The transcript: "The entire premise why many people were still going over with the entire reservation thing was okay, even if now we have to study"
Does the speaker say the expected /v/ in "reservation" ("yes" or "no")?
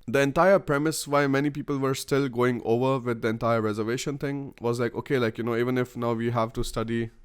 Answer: yes